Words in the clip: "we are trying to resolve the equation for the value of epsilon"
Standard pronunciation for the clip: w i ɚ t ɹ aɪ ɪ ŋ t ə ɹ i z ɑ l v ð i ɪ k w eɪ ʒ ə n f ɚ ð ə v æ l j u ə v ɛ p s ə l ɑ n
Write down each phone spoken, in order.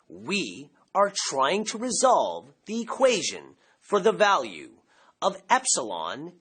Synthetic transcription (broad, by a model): w i ɚ t ɹ aɪ ɪ ŋ t ə ɹ i z ɑ l v ð i ɪ k w eɪ ʒ ə n f ɚ ð ə v æ l j u ə v ɛ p s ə l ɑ n